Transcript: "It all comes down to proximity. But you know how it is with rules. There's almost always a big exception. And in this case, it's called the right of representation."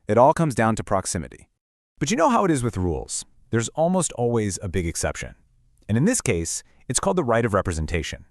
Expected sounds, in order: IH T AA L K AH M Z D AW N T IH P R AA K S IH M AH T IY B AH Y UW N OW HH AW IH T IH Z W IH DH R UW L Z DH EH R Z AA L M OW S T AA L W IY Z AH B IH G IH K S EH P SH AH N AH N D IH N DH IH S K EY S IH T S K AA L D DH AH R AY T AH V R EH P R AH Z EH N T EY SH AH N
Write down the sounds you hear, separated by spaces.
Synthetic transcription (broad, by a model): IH T AA L K AH M Z D AW N T IH P R AA K S IH M AH T IY B AH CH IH N OW HH AW IH T IH Z W IH DH R UW L Z DH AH R Z AA L M OW S T AA L W IY Z AH B IH G IH K S EH P SH AH N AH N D IH N DH IH S K EY S IH T S K AA L D DH AH R AY T AH V R EH P R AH Z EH N T EY SH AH N